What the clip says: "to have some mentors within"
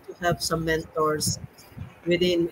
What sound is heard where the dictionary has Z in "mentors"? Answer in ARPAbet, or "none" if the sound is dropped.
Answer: S